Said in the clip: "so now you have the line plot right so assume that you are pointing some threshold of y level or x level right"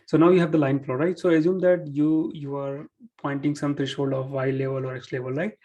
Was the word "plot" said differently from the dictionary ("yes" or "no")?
yes